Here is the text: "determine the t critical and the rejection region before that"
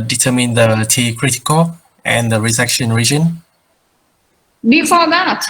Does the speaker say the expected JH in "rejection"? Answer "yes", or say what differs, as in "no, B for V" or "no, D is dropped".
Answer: no, Z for JH